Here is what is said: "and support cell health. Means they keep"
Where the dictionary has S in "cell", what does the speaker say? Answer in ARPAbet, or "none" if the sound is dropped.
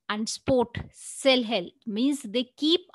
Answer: S